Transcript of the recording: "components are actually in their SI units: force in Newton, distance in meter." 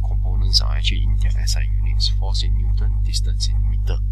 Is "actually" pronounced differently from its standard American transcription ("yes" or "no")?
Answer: yes